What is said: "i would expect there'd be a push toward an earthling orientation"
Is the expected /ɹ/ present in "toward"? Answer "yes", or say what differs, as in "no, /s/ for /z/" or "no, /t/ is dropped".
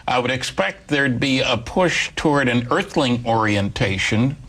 yes